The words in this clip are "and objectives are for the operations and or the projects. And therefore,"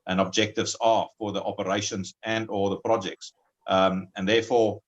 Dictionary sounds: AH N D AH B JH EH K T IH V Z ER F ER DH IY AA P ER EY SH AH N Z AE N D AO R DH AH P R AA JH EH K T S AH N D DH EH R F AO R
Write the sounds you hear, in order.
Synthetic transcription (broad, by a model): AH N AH B JH EH K T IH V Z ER F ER DH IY AA P ER EY SH AH N Z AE N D AO L DH AH P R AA JH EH K T S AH N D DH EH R F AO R